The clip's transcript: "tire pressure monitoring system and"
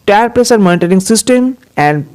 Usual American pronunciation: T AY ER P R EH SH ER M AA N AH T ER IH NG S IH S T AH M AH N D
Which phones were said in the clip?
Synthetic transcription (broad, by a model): T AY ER P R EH S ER M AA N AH T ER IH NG S IH S T AH M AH N D